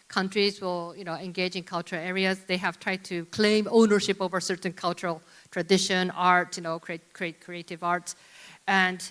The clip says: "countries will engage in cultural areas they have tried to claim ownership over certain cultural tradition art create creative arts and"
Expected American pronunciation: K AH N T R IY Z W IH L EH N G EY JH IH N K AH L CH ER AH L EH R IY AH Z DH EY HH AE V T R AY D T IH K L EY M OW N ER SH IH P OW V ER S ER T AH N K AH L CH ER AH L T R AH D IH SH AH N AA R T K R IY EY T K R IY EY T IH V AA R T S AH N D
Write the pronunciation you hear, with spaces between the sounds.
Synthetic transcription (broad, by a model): K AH N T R IY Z W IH L EH N G EY JH IH N K AH L CH ER AH L EH R IY AH Z DH EY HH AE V T R AY D T IH K L EY M OW N ER SH IH P OW V ER S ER T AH N K AH L CH ER AH L T R AH D IH SH AH N AA R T K R IY EY T K R IY EY T IH V AA R T S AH N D